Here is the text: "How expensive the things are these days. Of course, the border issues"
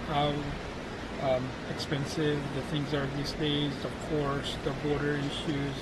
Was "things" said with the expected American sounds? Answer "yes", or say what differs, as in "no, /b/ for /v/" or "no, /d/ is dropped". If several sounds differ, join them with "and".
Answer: yes